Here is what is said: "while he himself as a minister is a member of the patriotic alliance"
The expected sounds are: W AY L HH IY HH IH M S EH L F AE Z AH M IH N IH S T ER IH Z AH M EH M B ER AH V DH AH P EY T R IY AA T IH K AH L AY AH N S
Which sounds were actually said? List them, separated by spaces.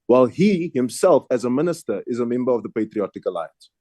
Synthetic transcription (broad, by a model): W AY L HH IY HH IH M S EH L F AE Z AH M IH N IH S T ER IH Z AH M EH M B ER AH V DH AH P EY T R IY AA T IH K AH L AY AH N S